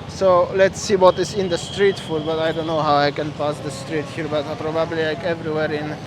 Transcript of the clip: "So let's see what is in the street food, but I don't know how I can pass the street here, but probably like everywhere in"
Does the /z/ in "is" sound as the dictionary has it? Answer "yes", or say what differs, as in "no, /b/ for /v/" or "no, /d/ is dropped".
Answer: no, /s/ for /z/